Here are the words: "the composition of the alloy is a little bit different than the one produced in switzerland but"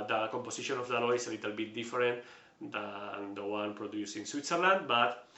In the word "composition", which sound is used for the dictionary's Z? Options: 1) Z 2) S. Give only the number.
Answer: 2